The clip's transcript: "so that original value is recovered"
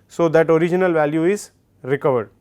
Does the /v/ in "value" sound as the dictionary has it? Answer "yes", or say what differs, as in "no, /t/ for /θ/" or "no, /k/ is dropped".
yes